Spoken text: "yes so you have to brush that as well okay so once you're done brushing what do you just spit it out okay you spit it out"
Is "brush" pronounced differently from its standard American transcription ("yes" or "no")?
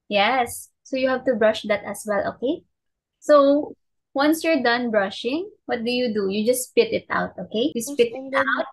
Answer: no